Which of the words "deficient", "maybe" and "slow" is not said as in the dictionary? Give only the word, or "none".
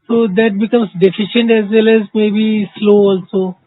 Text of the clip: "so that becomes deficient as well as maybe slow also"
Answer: none